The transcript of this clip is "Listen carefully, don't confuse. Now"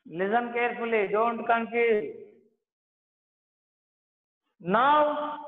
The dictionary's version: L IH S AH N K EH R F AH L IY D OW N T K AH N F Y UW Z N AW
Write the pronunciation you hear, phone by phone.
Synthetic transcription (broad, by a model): L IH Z AH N K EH R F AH L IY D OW N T K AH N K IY N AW